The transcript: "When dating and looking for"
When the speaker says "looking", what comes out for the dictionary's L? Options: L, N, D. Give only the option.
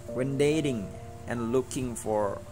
L